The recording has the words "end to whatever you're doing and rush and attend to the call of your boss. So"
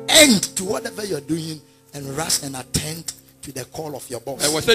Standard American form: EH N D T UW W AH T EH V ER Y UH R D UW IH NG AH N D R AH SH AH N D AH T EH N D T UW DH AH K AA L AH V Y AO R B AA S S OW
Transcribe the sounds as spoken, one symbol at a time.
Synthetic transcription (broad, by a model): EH N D T UW W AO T EH V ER Y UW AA D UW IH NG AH N R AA S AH N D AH T EH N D T UW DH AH K AA L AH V Y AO B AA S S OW